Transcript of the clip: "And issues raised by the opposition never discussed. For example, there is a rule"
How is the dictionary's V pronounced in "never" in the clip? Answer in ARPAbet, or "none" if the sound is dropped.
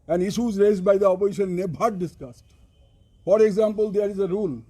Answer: B